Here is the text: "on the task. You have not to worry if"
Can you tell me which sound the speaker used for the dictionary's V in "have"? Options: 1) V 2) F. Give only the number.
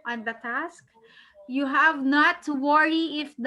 1